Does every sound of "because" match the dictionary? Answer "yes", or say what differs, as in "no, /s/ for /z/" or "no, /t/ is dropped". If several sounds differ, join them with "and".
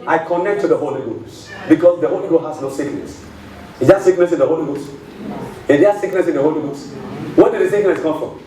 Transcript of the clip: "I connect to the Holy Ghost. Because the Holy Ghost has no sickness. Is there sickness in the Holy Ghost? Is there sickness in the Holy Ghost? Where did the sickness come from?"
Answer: no, /s/ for /z/